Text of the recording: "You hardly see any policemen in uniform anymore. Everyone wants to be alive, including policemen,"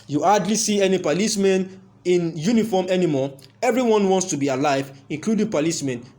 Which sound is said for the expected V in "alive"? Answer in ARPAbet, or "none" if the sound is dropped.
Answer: V